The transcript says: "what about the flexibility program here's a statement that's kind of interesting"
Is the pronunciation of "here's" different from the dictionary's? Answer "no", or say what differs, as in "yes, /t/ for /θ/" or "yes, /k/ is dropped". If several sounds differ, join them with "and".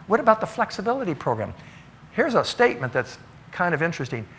no